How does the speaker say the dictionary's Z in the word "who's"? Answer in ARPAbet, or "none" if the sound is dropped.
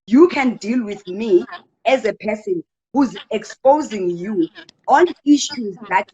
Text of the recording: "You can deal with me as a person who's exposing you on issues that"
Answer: Z